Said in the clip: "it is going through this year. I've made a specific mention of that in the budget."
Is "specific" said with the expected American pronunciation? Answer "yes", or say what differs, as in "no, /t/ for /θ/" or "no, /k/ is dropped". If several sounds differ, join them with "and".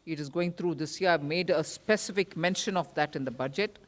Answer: yes